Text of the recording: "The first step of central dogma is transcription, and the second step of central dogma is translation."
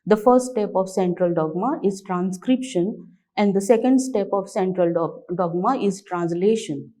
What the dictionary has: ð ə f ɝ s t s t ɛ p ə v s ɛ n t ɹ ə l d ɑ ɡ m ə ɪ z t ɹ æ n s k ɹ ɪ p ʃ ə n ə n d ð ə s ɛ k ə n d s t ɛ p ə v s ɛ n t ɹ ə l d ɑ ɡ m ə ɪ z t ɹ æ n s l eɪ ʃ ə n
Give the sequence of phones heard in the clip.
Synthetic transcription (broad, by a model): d ə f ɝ t s t ɛ p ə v s ɛ n t ɹ ə l d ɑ ɡ m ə ɪ z t ɹ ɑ n s k ɹ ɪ p ʃ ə n ə n d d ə s ɛ k ə n d s t ɛ p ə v s ɛ n t ɹ ə l d ɑ ɡ m ə ɪ z t ɹ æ n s l eɪ ʃ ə n